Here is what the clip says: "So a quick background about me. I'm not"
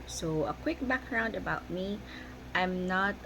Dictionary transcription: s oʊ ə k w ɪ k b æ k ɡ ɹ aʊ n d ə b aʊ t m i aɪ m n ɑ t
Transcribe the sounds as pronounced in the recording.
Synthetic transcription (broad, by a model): s oʊ ə k w ɪ k b æ k ɡ ɹ aʊ n d ə b aʊ t m i aɪ m n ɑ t